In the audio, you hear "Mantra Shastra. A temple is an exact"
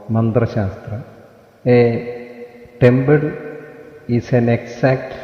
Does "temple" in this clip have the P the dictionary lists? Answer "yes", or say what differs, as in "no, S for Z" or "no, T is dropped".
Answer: no, B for P